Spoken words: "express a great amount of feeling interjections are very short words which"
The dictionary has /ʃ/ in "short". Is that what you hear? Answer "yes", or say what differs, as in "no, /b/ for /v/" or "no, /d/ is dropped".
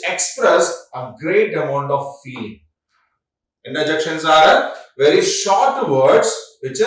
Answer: yes